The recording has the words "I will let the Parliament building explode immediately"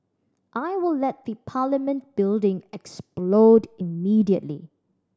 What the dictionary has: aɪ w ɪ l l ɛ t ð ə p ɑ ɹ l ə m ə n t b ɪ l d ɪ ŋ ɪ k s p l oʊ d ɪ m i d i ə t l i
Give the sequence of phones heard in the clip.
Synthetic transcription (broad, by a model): aɪ w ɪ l l ɛ t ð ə p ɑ l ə m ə n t b ɪ l d ɪ ŋ ɪ k s p l oʊ d ɪ m i d i ə t l i